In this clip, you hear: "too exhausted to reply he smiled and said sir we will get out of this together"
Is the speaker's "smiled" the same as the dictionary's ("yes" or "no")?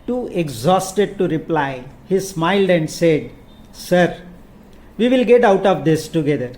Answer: yes